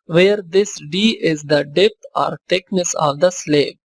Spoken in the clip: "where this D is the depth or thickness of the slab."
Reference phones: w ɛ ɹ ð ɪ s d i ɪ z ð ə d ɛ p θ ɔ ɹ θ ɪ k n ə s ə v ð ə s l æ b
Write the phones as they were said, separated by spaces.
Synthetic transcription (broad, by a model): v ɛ ɹ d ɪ s d i ɪ z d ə d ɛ p t ɔ ɹ t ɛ k n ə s ə v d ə s l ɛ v